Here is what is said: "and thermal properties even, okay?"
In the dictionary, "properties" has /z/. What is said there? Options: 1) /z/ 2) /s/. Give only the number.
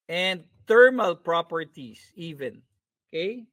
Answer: 2